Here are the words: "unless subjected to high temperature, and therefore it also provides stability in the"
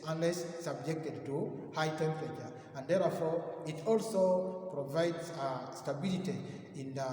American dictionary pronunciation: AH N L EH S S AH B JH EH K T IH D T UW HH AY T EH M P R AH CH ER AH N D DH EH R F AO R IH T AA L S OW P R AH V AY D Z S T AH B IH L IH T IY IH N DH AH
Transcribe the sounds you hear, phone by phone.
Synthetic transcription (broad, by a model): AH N L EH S S AH B JH EH K T IH D T UW HH AY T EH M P AH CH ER AH N D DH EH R F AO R IH T AA L S OW P R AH V AY D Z S T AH B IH L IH T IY IH N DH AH